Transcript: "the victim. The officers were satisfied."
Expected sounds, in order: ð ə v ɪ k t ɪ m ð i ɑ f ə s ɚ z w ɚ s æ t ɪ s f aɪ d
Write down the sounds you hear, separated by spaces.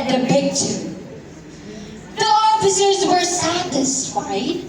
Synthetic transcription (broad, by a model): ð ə p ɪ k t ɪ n ð i ɑ f ə s ɚ z w ɚ s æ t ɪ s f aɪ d